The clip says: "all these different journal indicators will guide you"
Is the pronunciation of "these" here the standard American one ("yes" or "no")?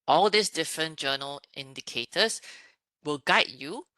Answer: no